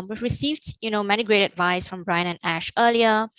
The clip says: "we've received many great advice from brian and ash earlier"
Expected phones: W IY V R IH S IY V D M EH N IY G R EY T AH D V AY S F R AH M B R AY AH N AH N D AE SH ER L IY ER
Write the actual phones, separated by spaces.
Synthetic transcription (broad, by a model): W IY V R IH S IY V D M EH N IY G R EY T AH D V AY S F R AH M B R AY AH N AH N AE SH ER L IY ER